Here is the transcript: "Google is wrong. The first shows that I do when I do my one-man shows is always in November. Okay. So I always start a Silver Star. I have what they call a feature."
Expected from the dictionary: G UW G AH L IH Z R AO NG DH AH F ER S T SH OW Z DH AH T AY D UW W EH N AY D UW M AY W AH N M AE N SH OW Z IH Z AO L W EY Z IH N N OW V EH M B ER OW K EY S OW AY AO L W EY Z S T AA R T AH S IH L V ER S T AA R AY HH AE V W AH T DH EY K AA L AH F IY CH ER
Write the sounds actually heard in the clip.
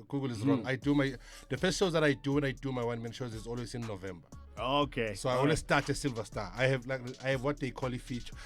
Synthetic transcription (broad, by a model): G UW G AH L IH Z R AO NG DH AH P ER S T SH OW Z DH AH T AY D UW W EH N AY D UW M AY W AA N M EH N SH OW Z IH Z AO L W EY Z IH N N OW V EH M B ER OW K EY S OW AY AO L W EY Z S T AA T AH S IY L V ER S T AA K AY HH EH V W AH T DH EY K AA L AH F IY CH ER